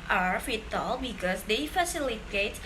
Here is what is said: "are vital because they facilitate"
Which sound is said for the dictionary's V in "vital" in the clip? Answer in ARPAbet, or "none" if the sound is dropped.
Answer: F